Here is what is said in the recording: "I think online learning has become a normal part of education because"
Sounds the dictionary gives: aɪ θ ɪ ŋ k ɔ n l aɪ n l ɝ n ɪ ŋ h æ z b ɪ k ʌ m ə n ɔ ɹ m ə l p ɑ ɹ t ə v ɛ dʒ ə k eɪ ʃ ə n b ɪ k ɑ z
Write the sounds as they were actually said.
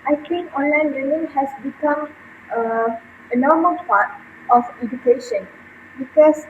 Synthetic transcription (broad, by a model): aɪ t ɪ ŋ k ɔ n l aɪ n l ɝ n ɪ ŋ h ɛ s b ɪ k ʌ m ə n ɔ m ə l p ɑ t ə f ɛ dʒ ə k eɪ ʃ ə n b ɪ k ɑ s